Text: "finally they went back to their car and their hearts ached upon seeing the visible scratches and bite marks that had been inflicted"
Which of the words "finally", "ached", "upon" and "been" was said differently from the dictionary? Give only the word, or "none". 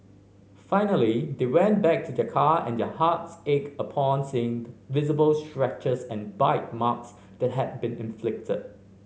ached